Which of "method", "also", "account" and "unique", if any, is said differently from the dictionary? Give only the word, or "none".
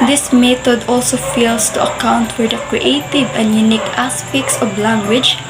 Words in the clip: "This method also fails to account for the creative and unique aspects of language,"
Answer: method